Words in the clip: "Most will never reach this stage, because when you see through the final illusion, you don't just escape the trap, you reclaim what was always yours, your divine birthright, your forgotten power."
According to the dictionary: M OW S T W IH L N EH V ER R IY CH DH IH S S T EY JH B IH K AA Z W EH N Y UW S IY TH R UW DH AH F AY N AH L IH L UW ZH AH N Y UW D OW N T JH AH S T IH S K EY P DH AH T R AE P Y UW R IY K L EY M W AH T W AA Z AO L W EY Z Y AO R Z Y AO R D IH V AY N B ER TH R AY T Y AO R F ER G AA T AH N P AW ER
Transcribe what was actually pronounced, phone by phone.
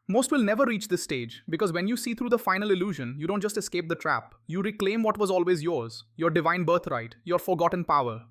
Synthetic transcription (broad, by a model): M OW S T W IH L N EH V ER R IY CH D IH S S T EY JH B IH K AA Z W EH N Y UW S IY T R UW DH AH F AY N AH L IH L UW ZH AH N Y UW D OW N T JH AH S T IH S K EY P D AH T R AE P Y UW R IY K L EY M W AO T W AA Z AO L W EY Z Y AO R Z Y AO R D IH V AY N B ER T R AY T Y AO R F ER G AA T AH N P AW ER